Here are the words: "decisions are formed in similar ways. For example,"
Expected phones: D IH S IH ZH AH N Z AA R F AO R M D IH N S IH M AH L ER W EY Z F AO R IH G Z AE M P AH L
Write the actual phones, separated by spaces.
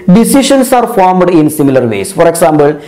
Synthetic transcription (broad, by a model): D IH S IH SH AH N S AA R F AO R M D IH N S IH M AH L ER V EY S F AO R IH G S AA M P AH L